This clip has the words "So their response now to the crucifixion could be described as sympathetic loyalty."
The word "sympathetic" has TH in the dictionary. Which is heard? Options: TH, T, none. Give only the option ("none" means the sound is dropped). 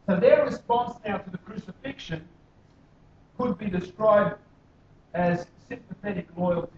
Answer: TH